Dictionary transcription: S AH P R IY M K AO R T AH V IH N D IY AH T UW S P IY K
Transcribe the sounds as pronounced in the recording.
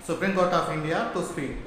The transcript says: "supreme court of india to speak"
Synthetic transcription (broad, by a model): S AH P R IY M K AO R T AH P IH N D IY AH T UW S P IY